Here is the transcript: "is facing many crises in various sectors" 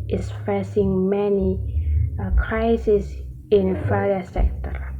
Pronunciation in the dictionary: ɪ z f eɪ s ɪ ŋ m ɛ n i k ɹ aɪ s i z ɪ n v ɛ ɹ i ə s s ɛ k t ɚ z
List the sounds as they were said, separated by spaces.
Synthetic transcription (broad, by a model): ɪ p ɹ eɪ s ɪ ŋ m ɛ n i k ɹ aɪ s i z ɪ n f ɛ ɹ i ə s s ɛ k t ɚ